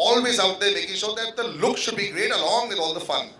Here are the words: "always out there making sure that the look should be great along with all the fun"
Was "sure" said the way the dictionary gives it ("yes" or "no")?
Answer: no